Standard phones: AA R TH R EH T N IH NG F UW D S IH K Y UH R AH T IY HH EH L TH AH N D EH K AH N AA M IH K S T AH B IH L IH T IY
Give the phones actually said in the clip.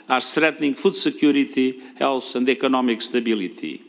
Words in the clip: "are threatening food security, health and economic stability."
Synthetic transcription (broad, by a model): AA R T R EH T N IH NG F UW D S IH K Y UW R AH T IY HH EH L S AH N D EH K AH N AA M IH K S T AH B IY L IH T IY